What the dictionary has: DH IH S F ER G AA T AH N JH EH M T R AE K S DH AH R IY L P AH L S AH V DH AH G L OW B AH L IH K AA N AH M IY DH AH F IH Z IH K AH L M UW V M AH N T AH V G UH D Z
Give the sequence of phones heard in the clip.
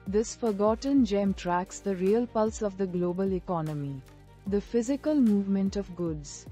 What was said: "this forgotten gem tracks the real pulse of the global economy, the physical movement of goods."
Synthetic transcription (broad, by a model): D IH S F ER G AA T AH N JH EH M T R AE K S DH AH R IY L P AH L S AH V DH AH G L OW B AH L IH K AA N AH M IY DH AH F IH Z IH K AH L M UW V M AH N T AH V G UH D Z